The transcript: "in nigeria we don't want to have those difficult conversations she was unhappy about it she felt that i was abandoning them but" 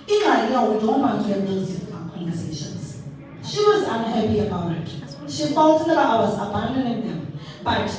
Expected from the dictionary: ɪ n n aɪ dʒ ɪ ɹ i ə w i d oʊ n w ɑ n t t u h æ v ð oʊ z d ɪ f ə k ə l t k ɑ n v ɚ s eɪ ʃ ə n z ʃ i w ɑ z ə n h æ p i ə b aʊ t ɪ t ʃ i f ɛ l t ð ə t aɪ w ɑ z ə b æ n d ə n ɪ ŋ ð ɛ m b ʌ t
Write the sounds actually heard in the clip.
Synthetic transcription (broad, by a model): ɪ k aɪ ɪ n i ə w i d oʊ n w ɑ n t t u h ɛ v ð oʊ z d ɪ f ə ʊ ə k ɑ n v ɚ s eɪ ʃ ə n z ʃ i w ɑ z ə n h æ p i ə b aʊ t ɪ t ʃ i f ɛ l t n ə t aɪ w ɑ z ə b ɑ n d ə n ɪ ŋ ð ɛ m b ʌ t